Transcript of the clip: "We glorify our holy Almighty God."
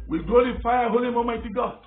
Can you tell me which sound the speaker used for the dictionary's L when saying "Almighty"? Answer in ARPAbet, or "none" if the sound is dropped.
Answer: none